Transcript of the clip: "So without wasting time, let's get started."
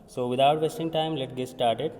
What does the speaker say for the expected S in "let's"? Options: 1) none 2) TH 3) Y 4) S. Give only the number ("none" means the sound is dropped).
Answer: 1